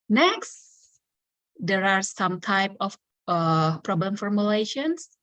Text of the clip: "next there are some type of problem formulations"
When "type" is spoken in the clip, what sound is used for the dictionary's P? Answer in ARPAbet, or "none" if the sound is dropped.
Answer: P